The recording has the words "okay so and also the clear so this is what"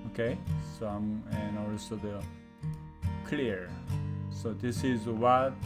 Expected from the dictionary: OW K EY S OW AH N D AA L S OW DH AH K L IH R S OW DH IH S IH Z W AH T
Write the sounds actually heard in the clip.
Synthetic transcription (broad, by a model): OW K EY S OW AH N AA L S OW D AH K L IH R S OW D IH S IH Z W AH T